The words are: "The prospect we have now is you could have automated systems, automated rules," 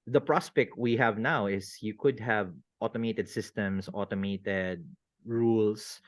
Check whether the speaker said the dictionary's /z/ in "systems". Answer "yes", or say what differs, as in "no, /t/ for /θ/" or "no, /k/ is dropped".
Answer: no, /s/ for /z/